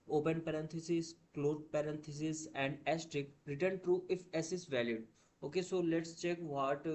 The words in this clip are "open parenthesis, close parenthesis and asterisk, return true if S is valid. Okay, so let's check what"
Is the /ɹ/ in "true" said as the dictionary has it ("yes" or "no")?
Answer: yes